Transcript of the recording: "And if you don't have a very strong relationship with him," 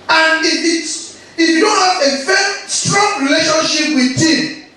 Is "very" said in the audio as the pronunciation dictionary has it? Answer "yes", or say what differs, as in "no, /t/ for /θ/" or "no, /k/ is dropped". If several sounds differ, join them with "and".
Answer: no, /f/ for /v/